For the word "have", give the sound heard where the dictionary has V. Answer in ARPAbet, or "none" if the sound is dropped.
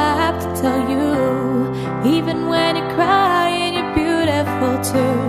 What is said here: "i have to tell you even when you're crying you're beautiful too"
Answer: F